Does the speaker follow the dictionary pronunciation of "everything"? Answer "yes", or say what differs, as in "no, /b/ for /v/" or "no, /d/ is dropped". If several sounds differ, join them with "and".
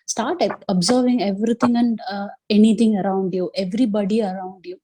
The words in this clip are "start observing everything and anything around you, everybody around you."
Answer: no, /t/ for /θ/